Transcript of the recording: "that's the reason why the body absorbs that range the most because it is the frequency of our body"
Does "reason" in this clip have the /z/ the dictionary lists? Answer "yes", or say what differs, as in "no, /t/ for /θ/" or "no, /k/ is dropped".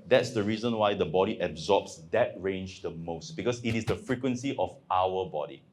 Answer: yes